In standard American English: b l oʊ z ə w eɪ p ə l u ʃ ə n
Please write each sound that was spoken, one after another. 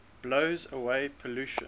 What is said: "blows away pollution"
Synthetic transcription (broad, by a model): b l oʊ z ə w eɪ p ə l u ʃ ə